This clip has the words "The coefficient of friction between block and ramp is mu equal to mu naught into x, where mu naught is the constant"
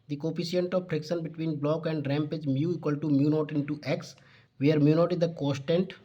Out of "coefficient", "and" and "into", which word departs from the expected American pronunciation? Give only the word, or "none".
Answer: coefficient